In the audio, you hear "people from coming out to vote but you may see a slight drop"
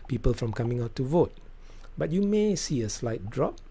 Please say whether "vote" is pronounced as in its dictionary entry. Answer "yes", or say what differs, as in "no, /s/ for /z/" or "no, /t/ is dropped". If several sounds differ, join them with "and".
yes